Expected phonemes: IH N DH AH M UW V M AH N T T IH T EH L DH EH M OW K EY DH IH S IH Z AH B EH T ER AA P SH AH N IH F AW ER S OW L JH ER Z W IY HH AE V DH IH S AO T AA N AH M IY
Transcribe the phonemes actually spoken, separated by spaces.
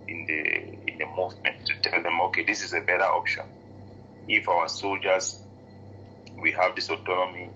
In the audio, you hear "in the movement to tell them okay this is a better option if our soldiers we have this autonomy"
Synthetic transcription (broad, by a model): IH N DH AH M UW V M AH N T T IH T EH L DH EH M OW K EY DH IH S IH Z AH B EH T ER AA P SH AH N IH F AW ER S OW L JH ER Z W IY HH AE V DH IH S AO T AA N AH M IY